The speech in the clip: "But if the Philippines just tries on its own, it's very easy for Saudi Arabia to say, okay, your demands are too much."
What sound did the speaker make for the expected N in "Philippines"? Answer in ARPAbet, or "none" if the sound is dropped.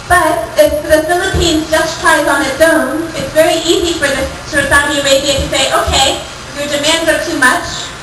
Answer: N